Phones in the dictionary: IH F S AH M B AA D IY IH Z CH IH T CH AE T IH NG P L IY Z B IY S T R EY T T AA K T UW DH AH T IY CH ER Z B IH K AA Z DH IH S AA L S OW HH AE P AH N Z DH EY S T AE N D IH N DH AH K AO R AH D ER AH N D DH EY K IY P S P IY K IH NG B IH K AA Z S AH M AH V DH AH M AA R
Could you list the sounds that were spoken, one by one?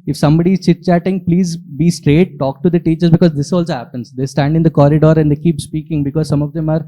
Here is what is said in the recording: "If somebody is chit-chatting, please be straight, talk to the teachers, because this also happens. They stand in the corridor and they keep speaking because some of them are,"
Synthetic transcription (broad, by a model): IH F S AH M B AA D IY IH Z CH IH T CH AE T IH NG P L IY Z B IY S T R EY T T AA K T UW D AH T IY CH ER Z B IH K AA Z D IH S AA L S OW HH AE P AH N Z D EY S T AE N D IH N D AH K AO R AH D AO AH N D EY K IY P S P IY K IH NG B IH K AA Z S AH M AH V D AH M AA R